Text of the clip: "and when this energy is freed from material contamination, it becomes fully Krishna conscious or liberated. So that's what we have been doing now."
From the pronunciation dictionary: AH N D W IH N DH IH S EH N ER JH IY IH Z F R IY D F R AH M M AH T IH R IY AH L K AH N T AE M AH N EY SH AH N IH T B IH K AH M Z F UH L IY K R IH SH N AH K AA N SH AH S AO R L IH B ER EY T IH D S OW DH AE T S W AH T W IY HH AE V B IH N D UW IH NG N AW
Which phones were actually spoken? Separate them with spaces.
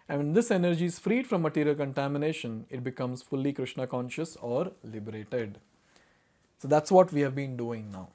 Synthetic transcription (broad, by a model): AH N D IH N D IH S EH N ER JH IY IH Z F R IY D F R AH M M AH T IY R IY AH L K AH N T AE M AH N EY SH AH N IH T B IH K AH M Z F UH L IY K R IH SH N AH K AA N SH AH S AO R L IH B ER EY T IH D S OW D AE T S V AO T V IY HH AE V B IH N D UW IH NG N AW